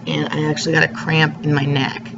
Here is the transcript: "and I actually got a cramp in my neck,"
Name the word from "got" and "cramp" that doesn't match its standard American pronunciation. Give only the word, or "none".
none